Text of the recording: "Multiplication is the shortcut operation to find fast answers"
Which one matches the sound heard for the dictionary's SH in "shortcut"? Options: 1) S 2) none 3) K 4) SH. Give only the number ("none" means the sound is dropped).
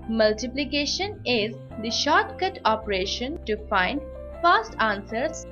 4